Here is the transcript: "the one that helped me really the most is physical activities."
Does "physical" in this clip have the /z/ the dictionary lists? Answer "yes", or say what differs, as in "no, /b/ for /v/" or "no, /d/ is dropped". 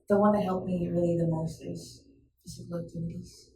no, /s/ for /z/